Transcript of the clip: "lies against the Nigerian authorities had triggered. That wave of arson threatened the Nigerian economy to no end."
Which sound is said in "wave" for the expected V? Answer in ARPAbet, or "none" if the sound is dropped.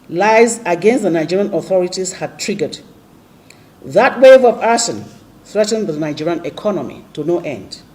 V